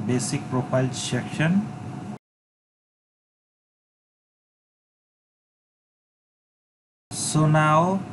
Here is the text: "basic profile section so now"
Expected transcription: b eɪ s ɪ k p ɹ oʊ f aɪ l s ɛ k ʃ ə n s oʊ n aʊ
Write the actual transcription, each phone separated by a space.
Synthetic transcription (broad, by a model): b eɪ s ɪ k p ɹ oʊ p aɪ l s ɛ k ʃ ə n s oʊ n aʊ